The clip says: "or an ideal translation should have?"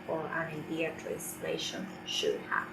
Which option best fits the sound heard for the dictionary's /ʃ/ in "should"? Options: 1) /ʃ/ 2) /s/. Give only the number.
1